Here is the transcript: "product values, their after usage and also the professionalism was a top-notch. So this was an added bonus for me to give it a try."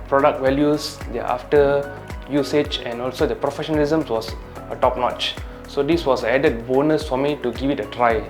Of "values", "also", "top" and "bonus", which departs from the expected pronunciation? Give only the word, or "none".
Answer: values